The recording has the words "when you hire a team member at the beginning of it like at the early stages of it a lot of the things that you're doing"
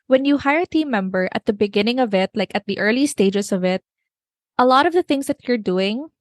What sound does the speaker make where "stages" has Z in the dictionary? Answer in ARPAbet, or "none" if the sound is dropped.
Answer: S